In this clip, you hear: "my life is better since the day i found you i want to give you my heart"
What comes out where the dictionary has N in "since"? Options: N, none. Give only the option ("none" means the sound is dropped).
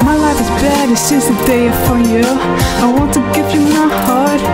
none